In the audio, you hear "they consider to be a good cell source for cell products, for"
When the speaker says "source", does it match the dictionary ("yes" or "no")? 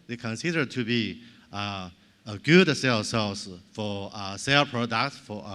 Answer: no